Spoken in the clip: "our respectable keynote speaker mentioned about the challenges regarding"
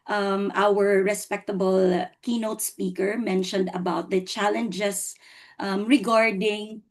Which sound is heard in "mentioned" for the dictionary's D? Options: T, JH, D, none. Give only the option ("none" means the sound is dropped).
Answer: D